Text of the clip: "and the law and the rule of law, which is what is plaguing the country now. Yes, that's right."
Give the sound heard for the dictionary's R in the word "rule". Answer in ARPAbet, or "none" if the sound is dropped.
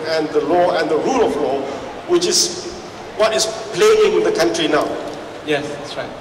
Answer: R